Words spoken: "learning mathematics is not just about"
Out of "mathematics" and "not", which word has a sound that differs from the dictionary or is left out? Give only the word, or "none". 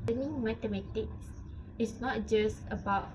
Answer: mathematics